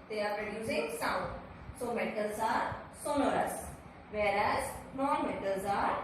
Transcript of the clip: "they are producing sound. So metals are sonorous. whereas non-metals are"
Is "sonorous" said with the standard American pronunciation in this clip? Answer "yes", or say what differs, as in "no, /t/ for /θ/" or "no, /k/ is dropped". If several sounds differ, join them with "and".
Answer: no, /l/ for /n/